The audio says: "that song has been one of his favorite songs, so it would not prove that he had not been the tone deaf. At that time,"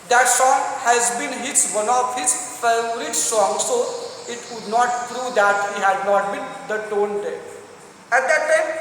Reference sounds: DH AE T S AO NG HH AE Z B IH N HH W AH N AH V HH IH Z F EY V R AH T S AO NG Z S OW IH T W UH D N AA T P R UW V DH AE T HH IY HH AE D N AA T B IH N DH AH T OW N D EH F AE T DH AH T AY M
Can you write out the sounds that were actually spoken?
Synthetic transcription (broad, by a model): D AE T S AO NG HH AE Z B IH N HH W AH N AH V HH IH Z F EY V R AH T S AO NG S OW IH T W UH D N AA T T R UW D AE T HH IY HH AE D N AA T B IH N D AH T OW N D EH AE T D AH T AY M